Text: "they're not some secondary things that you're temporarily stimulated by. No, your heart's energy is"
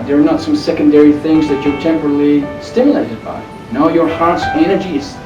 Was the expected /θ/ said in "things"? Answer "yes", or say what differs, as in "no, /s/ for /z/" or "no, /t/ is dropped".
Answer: yes